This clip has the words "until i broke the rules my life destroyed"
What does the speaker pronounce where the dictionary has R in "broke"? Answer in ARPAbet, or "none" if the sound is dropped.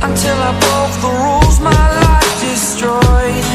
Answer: none